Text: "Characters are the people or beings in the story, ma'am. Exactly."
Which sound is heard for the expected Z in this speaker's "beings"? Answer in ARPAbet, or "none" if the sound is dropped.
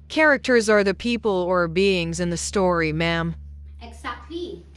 Z